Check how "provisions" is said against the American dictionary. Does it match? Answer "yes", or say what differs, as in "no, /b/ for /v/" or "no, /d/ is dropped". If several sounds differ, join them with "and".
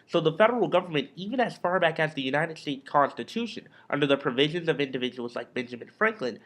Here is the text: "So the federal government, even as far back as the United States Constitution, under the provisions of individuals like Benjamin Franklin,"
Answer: yes